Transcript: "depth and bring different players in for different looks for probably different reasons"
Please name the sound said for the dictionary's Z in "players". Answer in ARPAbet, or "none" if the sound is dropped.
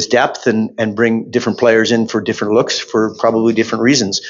Z